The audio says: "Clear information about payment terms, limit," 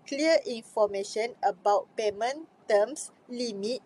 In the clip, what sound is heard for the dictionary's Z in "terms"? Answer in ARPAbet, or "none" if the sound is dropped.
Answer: S